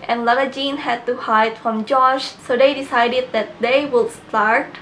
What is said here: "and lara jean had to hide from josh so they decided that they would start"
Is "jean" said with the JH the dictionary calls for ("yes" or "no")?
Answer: yes